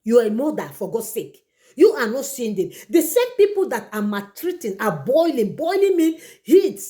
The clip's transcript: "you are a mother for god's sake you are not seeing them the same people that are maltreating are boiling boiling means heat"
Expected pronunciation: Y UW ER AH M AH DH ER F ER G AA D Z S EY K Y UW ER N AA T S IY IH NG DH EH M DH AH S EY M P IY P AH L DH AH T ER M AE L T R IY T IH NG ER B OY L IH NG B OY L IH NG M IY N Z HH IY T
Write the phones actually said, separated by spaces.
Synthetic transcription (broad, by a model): Y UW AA AH M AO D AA F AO G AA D S EY K Y UW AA N AA T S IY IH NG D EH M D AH S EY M P IY P AH L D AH T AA M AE T R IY T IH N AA B OY L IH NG B OY L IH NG M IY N HH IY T